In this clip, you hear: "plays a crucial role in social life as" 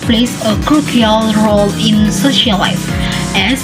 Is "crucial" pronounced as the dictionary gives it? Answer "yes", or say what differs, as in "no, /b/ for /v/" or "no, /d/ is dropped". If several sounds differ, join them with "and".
no, /ʃ/ is dropped